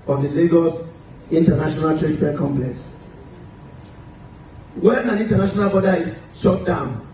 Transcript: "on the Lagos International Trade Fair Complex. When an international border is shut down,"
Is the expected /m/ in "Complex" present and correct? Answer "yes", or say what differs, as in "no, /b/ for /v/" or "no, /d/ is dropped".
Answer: yes